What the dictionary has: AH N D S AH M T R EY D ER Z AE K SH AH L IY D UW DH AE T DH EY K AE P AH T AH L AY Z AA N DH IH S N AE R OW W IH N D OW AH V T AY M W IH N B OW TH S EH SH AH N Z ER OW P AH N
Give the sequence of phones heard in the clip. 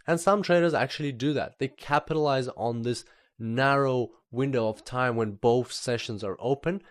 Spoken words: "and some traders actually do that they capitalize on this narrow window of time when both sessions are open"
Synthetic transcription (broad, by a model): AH N S AH M T R EY D ER Z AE K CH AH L IY D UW DH AE T DH EY K AE P AH T AH L AY Z N DH IH S N AE R OW W IH N D OW AH V T AY M W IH N B OW TH S EH SH AH N Z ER OW P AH N